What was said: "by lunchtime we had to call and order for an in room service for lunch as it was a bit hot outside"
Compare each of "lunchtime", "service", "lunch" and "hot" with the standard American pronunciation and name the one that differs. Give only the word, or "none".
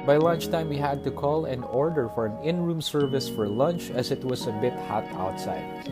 none